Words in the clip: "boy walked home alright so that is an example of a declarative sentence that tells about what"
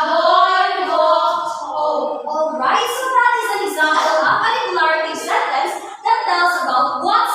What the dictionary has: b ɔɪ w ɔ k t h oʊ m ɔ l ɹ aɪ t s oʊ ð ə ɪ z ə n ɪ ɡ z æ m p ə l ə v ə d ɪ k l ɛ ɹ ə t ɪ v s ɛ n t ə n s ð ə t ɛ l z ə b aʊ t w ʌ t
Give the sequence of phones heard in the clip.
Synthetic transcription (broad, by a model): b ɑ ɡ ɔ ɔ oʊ ɔ l ɹ aɪ t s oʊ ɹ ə ɪ z ə n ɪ ɡ z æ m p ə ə p ə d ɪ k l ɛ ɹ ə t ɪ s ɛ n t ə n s ð ə t ɛ l z ə b aʊ t w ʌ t